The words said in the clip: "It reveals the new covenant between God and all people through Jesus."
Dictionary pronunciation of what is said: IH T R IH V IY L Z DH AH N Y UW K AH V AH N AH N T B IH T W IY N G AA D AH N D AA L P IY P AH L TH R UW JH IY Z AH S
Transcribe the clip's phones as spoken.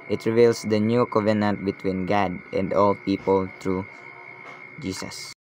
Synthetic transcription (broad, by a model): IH T R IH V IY L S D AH N Y UW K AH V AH N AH N T B IH T W IY N G AA D AH N D AA L P IY P AH L T R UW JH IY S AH S